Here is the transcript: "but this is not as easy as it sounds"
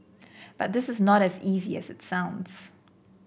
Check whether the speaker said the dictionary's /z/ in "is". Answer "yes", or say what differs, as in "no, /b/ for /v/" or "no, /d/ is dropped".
yes